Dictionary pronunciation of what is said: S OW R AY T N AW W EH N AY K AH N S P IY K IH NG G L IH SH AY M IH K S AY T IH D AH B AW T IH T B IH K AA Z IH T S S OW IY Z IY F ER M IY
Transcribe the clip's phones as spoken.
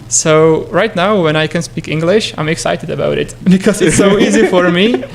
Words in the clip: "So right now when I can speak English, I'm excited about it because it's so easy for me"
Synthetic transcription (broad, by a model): S OW R AY T N AW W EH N AY K AH N S P IY K IH NG G L IH SH AY M IH K S AY T IH D AH B AW T IH T B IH K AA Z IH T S S OW IY Z IY F ER M IY